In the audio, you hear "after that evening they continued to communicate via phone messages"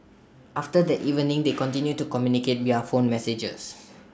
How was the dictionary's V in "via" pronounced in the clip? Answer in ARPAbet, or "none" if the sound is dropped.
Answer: W